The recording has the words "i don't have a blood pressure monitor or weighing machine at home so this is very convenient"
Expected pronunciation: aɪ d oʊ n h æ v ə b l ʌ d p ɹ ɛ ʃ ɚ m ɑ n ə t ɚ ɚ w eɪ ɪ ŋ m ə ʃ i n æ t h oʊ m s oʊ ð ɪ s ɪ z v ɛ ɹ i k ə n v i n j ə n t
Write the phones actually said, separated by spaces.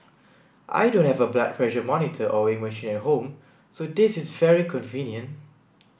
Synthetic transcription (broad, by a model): aɪ d oʊ n h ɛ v ə b l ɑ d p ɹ ɛ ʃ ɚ m ɑ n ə t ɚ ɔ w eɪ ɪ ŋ m ə ʃ i n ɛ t h oʊ m s oʊ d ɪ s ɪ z v ɛ ɹ i k ə n v i n j ə n t